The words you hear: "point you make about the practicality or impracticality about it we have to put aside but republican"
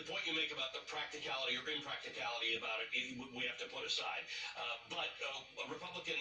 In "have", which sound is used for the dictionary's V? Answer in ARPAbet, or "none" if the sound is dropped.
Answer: F